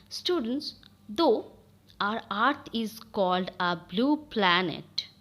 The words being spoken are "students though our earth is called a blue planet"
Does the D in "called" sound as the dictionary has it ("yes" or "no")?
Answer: yes